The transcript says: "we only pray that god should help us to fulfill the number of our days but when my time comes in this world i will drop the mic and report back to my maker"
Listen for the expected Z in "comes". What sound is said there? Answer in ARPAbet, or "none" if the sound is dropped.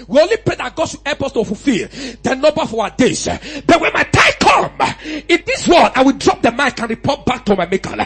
none